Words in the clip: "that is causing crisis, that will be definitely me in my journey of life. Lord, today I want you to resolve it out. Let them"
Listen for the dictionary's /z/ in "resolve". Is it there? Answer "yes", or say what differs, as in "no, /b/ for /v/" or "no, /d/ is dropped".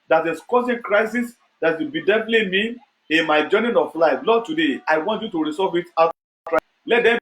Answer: no, /s/ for /z/